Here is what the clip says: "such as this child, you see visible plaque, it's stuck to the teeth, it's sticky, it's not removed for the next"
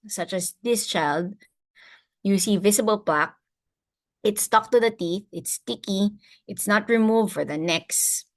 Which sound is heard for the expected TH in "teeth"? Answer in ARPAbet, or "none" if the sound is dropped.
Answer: TH